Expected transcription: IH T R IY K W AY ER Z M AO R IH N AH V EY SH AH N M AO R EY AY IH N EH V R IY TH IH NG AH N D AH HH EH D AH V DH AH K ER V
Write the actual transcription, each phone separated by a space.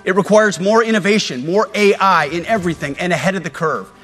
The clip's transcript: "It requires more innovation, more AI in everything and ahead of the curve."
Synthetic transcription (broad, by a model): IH T R IY K W AY ER Z M AO R IH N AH V EY SH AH N M AO R EY AY IH N EH V R IY TH IH NG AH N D AH HH EH D AH V DH AH K ER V